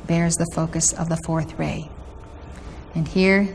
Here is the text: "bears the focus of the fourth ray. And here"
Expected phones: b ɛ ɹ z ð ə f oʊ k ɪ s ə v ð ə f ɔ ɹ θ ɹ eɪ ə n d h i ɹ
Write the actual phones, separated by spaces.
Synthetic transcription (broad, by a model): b ɛ ɹ z ð ə f oʊ k ɪ s ə v ð ə f ɔ ɹ θ ɹ eɪ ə n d h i ɹ